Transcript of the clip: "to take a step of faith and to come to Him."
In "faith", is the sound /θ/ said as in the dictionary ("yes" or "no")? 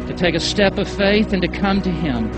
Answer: yes